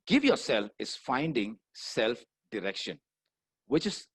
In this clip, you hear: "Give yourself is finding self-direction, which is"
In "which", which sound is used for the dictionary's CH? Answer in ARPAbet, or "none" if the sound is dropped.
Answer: CH